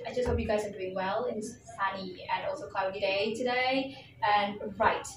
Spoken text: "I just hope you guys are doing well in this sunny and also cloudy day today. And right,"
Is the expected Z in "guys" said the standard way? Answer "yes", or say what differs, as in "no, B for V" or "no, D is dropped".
yes